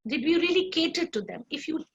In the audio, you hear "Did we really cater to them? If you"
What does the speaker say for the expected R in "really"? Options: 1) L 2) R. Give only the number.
2